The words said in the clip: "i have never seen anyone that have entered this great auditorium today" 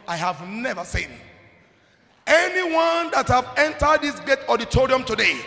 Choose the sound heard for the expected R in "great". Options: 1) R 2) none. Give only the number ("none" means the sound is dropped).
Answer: 2